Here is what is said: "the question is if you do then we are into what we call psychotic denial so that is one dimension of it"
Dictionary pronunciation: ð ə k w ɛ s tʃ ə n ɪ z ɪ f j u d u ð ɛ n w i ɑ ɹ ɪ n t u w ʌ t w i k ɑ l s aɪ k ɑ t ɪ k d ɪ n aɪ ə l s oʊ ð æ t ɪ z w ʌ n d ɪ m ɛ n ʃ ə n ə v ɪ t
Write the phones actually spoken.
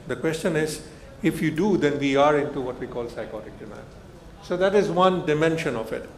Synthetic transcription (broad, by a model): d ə k w ɛ s tʃ ə n ɪ z ɪ f j u d u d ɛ n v i ɑ ɹ ɪ n t u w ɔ t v i k ɑ l s aɪ k ɑ t ɪ k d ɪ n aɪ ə n s oʊ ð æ t ɪ z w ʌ n d ɪ m ɛ n ʃ ə n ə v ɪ t